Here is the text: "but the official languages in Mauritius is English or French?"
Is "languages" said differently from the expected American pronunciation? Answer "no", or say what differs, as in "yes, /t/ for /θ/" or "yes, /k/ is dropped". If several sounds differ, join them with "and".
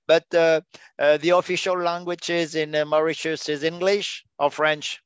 no